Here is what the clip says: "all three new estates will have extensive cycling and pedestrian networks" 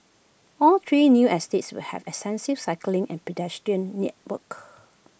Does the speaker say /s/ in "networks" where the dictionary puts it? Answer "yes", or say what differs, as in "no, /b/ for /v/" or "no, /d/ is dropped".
no, /s/ is dropped